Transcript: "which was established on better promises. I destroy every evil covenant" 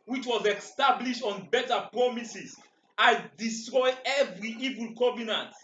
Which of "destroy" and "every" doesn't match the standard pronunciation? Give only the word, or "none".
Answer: none